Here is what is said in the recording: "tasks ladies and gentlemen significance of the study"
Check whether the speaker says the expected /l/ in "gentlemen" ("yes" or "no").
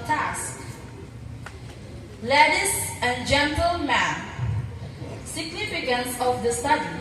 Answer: yes